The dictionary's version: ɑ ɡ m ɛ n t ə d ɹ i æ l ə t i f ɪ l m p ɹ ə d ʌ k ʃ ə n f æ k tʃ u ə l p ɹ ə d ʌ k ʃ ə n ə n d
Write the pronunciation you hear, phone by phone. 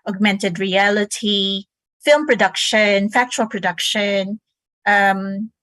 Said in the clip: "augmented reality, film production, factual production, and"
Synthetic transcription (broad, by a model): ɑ ɡ m ɛ n t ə d ɹ i æ l ə t i f ɪ l m p ɹ ə d ʌ k ʃ ə n f æ k tʃ u ə l p ɹ ə d ʌ k ʃ ə n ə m